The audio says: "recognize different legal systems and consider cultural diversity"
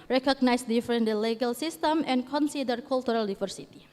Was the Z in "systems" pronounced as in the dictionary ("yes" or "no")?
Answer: no